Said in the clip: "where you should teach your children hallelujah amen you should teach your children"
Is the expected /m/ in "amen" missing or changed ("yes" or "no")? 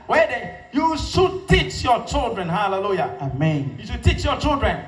no